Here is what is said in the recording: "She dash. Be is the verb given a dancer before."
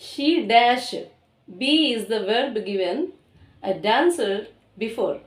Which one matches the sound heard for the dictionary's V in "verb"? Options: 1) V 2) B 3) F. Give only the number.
1